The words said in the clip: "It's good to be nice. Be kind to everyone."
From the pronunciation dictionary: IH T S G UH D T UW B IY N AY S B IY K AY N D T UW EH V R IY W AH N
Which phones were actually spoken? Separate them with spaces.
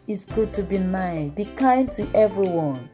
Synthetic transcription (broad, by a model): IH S G UH D T UW B IY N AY B IY K AY N D T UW EH V R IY W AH N